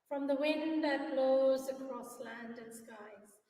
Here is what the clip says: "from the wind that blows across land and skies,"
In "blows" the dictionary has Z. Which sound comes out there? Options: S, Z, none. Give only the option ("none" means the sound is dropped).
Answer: Z